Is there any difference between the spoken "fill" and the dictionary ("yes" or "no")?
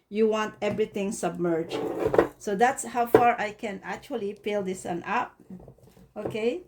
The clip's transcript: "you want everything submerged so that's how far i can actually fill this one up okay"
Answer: yes